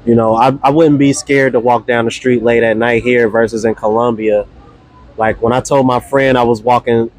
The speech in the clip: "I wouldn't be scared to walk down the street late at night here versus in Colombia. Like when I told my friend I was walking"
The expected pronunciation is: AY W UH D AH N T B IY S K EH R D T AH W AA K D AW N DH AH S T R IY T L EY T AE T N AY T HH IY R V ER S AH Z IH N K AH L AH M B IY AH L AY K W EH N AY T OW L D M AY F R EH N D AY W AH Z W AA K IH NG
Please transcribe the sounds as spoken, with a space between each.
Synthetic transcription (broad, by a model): AY W UH D N B IY S K EH R D T AH W AA K D AW N DH AH S T R IY T L EY T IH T N AY T HH IY R V ER S AH Z IH N K AH L AH M B IY AH L AY K W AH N AY T OW L D M AY F R EH N D AY W AH Z W AA K IH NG